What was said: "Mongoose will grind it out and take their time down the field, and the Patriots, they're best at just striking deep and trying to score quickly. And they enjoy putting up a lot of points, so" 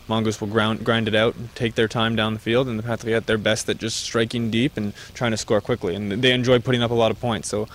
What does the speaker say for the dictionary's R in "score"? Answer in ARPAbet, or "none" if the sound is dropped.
R